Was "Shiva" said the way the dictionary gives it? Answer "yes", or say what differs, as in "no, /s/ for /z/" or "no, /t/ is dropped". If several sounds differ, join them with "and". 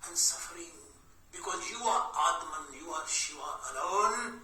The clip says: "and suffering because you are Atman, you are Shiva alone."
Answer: no, /v/ is dropped